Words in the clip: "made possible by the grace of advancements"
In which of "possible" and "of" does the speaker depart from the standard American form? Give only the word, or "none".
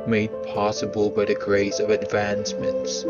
none